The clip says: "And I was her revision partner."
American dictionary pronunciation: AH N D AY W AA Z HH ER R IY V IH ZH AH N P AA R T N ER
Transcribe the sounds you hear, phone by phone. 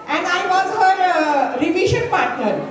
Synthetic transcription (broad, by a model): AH N D AY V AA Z HH ER R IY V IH SH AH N P AA R T N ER